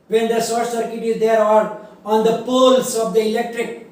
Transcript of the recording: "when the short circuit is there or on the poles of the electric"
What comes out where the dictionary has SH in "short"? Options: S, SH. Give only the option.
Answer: S